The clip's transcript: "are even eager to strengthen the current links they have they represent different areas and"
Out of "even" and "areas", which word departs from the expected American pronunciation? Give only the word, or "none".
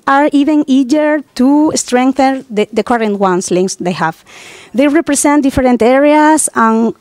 areas